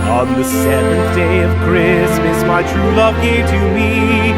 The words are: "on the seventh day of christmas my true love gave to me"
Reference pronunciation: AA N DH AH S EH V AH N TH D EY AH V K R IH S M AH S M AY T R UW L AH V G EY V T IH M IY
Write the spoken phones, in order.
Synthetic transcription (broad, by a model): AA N DH AH S EH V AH N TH D EY AH V K R IH S M AH S M AY T R UW L AH V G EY T IH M IY